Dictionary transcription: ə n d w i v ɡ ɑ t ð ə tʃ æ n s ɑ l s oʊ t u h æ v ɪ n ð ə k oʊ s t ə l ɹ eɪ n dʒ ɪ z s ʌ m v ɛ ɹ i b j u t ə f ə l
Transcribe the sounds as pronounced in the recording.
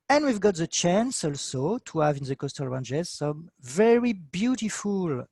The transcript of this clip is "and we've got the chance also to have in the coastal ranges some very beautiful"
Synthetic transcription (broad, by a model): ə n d w i v ɡ ɑ t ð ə tʃ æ n s ɑ l s oʊ t u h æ v ɪ n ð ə k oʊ s t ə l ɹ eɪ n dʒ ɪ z s ʌ m v ɛ ɹ i b j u t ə f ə l